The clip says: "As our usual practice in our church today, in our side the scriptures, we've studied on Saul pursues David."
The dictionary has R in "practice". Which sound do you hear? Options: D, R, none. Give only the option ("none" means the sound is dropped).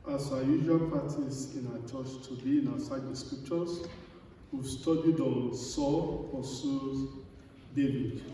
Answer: none